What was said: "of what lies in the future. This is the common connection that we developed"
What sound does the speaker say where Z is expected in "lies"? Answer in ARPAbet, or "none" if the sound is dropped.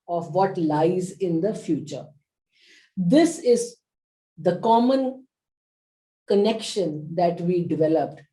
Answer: Z